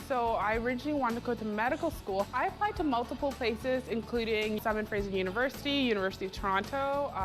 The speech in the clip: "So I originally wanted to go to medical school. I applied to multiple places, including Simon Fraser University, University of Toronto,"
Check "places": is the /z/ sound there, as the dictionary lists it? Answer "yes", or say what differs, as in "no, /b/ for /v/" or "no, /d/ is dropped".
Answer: yes